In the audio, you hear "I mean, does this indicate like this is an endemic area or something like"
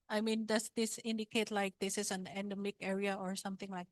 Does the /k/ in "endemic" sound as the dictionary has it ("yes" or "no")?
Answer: yes